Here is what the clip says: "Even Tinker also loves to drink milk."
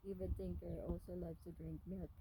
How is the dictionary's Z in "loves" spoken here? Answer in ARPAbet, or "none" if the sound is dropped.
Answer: none